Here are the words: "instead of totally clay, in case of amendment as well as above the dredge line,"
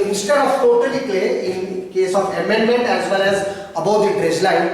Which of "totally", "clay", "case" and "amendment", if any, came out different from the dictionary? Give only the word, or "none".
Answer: clay